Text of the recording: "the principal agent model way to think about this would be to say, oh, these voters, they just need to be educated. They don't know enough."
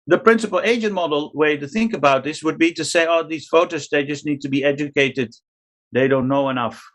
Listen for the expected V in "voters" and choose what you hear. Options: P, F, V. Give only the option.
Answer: F